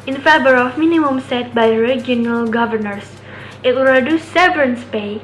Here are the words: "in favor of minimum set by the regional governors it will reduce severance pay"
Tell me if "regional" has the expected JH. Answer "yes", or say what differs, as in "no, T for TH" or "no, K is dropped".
no, JH is dropped